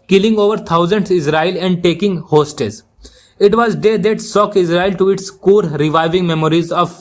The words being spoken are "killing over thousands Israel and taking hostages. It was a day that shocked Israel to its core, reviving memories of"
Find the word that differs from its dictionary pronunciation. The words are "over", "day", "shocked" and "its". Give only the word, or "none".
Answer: shocked